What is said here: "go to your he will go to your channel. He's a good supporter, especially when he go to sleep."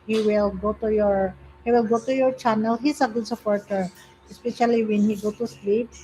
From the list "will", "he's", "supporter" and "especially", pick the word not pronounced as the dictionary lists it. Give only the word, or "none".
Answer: he's